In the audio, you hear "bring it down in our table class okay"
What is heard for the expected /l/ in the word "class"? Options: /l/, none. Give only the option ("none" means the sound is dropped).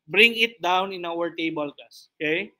none